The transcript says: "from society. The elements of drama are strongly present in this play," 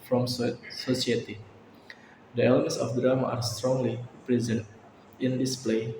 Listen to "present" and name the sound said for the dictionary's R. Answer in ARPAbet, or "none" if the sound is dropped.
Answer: R